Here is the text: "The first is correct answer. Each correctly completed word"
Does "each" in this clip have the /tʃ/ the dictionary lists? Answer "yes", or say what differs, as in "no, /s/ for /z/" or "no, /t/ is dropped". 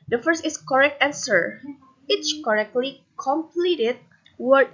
no, /s/ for /tʃ/